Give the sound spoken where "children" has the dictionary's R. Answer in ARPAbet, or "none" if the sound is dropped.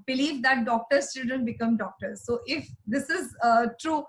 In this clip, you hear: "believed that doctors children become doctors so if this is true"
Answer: none